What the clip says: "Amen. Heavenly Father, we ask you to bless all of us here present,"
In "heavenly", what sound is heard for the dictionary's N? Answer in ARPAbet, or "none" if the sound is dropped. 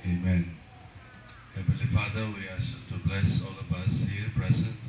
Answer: none